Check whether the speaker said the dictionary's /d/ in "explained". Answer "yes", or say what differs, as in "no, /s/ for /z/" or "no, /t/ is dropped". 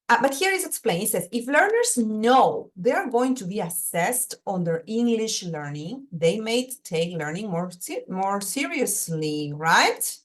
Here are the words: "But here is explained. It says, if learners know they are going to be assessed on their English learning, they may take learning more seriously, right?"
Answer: no, /d/ is dropped